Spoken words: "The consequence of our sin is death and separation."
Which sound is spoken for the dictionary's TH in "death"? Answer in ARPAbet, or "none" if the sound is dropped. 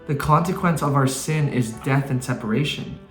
TH